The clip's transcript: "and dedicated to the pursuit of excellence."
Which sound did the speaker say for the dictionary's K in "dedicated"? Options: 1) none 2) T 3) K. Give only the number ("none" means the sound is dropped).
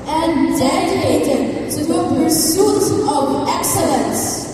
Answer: 1